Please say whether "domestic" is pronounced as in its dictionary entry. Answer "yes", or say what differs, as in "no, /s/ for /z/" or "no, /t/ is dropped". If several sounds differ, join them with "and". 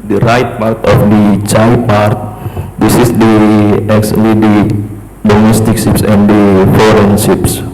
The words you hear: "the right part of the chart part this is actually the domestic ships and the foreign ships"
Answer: yes